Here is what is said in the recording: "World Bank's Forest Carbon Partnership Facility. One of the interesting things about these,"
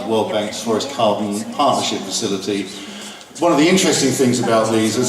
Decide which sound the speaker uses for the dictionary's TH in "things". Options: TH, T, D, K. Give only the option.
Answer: TH